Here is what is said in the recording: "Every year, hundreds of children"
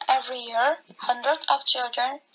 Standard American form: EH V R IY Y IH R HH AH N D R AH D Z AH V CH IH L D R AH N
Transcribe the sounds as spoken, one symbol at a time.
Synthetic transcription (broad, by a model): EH V R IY Y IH R HH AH N D R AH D AH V CH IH L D R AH N